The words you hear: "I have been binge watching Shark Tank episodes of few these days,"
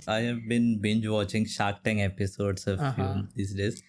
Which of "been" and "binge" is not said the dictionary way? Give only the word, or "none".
none